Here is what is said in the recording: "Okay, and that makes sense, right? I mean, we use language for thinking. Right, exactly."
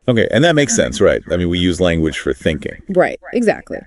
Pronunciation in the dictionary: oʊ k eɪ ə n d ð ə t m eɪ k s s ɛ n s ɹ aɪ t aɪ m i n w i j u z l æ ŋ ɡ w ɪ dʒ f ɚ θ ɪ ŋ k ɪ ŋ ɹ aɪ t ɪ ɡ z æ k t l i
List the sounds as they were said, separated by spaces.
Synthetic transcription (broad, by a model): oʊ k eɪ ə n ð ə t m eɪ k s s ɛ n s ɹ aɪ t aɪ m i n w i j u z l æ ŋ ɡ w ɪ dʒ f ɚ θ ɪ ŋ k ɪ ŋ ɹ aɪ t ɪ ɡ z æ k t l i